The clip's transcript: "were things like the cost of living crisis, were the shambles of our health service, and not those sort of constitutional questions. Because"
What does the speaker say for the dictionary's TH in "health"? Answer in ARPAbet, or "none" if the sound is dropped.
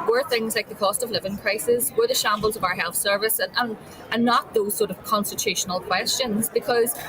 TH